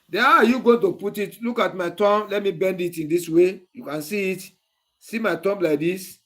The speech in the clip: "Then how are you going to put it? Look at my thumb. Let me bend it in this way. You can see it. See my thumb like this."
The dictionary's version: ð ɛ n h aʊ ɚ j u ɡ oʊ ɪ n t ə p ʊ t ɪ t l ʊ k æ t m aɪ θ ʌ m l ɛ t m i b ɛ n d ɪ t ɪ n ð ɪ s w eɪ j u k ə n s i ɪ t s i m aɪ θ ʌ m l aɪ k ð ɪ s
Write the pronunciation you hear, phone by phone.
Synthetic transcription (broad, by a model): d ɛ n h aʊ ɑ j u ɡ oʊ ɪ n t ə p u t ɪ t l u k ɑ t m aɪ t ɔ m l ɛ t m i b ɛ n d ɪ t ɪ n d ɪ s w eɪ j u k ə n s i ɪ t s i m aɪ t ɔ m l aɪ k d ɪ s